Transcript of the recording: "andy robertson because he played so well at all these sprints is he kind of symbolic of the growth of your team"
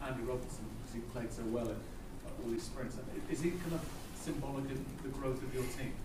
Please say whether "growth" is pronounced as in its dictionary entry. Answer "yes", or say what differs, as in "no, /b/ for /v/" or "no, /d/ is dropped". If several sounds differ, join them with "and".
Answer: yes